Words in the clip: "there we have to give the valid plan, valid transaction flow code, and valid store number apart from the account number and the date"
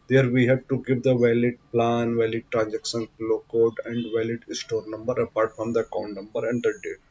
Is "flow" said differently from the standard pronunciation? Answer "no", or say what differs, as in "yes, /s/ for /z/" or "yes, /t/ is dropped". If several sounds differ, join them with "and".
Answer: yes, /p/ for /f/